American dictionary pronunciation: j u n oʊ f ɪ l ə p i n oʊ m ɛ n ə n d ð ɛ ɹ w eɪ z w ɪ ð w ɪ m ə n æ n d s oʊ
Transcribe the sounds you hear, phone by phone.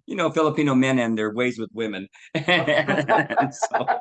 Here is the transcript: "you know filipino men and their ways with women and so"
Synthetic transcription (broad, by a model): j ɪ n oʊ f ɪ l ə p i n oʊ m ɛ n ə n ð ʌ ɹ w eɪ z w ɪ ð w ɪ m ə n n s oʊ